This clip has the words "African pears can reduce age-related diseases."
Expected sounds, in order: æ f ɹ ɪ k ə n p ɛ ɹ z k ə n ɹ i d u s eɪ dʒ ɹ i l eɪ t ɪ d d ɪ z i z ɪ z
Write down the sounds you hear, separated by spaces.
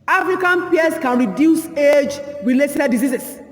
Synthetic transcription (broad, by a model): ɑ f ɹ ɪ k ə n p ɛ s k ə n ɹ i d u s eɪ dʒ w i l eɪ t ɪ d d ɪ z i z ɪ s